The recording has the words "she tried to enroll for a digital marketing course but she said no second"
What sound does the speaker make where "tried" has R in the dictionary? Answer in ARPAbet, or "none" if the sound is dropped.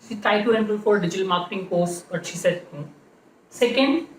none